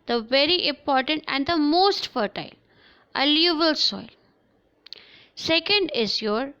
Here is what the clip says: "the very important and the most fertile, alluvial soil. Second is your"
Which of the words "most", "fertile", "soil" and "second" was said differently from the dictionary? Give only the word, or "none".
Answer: none